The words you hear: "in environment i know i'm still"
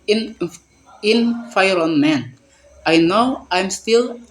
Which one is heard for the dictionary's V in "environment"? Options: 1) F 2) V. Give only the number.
1